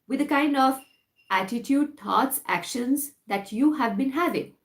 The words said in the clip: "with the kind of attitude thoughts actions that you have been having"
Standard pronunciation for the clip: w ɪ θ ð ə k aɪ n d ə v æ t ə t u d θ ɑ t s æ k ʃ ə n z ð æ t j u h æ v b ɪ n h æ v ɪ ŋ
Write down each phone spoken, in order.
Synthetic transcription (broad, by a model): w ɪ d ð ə k aɪ n d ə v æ t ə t u d t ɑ t s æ k ʃ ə n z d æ t j u h æ v b ɪ n h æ v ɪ ŋ